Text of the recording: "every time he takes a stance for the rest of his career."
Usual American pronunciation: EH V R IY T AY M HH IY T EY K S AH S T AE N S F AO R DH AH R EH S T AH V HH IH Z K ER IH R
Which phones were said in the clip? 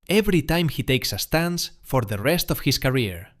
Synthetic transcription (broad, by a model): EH V R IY T AY M HH IY T EY K S AH S T AE N S F AO R DH AH R EH S T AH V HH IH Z K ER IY R